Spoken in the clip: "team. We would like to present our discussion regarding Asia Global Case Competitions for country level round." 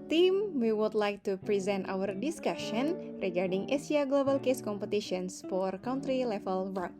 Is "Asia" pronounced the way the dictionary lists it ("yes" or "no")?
no